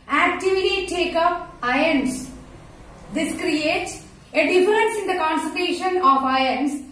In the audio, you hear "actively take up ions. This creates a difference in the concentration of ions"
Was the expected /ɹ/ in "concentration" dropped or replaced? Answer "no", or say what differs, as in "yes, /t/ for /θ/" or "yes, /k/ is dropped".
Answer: yes, /ɹ/ is dropped